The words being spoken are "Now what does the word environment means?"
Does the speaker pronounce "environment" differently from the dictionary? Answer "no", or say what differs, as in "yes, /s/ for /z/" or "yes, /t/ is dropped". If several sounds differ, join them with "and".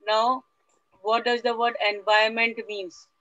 yes, /ɹ/ is dropped